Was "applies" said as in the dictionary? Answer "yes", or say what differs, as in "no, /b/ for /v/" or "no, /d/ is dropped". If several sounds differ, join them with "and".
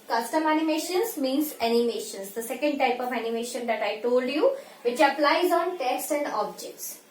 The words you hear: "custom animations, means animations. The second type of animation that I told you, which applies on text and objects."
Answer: yes